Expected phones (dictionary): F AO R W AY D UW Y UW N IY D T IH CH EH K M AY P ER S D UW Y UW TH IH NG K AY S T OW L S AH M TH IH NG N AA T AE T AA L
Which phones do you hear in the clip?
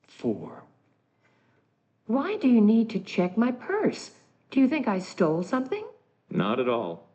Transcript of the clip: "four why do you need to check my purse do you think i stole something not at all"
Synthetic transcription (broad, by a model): F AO R W AY D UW Y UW N IY D T IH CH EH K M AY P ER S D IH Y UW TH IH NG K AY S T OW L S AH M TH IH NG N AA T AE T AA L